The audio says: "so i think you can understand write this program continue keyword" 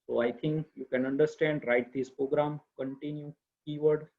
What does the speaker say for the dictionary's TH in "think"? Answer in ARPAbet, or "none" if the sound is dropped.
T